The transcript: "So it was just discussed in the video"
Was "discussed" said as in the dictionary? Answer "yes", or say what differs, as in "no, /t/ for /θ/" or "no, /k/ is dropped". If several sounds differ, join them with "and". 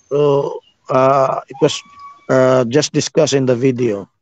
no, /t/ is dropped